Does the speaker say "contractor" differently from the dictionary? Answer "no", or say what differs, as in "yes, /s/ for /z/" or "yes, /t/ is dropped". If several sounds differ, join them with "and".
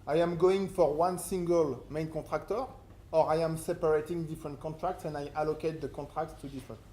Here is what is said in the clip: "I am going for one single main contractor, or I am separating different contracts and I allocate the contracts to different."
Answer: yes, /n/ is dropped